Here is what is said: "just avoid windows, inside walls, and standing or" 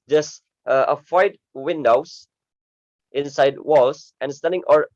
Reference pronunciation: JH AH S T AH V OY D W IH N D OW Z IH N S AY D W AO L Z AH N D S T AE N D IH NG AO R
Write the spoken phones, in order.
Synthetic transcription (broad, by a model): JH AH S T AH F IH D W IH N D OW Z IH N S AY D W AO L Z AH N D S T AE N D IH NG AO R